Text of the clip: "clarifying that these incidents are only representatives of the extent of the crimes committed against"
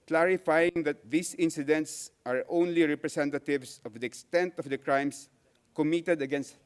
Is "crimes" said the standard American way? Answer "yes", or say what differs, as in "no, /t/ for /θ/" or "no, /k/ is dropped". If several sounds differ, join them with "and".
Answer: no, /s/ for /z/